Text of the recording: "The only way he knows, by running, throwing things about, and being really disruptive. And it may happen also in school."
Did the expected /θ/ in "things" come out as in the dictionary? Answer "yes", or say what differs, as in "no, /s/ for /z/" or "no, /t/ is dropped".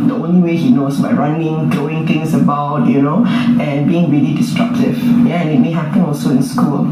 no, /t/ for /θ/